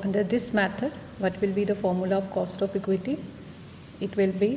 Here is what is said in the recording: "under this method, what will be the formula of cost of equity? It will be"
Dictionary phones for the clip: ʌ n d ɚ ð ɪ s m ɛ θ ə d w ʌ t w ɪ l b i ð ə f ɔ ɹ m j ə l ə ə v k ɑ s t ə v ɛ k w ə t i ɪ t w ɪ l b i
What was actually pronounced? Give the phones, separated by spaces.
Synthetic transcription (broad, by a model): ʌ n d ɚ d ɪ s m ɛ t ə d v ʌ t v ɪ l b i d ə f ɔ ɹ m j ə l ə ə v k ɑ s t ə f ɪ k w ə t i ɪ t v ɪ l b i